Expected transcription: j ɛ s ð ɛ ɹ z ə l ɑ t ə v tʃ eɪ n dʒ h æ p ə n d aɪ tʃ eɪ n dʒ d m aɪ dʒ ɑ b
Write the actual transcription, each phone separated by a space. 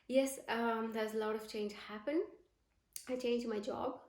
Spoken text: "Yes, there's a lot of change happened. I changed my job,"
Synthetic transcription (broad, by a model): j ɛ s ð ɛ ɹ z ə l ɑ t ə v tʃ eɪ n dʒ h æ p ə n aɪ tʃ eɪ n dʒ d m aɪ dʒ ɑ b